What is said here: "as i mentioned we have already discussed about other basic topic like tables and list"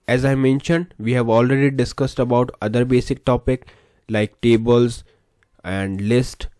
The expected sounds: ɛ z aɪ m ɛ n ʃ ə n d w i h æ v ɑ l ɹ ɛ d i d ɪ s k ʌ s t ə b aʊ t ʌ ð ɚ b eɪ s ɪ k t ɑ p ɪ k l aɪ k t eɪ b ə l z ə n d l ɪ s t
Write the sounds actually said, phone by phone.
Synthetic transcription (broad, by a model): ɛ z aɪ m ɛ n ʃ ə n d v i h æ v ɑ l ɹ ɛ d i d ɪ s k ʌ s t ə b aʊ t ʌ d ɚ b eɪ s ɪ k t ɑ p ɪ k l aɪ k t eɪ b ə l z ə n d l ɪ s t